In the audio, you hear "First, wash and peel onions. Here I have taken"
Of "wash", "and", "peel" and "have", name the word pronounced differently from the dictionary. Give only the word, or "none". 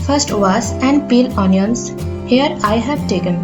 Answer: wash